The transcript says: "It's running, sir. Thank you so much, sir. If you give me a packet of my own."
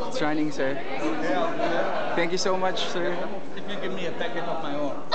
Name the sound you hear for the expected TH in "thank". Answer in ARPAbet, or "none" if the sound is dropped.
T